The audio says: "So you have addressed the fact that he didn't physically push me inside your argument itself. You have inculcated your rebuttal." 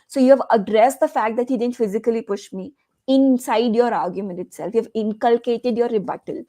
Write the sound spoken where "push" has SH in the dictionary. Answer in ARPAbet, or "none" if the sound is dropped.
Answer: SH